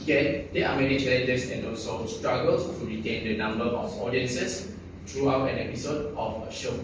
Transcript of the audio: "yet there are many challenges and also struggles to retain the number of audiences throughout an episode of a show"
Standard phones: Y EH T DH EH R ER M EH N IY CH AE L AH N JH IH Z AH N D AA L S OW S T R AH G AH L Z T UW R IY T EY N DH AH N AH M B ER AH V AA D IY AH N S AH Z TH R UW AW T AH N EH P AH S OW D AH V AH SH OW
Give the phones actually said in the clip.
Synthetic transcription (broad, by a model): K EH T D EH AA M EH N IY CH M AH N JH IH S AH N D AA S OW S T R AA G AH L S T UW R IY T EY N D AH N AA M B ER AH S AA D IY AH N S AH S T R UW AW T AH N EH P AH S OW D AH F AH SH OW